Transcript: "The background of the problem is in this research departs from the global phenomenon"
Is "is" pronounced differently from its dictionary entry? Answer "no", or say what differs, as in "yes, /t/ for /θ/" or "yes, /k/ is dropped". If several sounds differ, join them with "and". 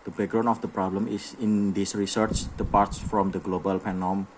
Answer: yes, /s/ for /z/